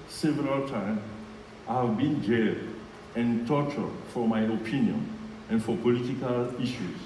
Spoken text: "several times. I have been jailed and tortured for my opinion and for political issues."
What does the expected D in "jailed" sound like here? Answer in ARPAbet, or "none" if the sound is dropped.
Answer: none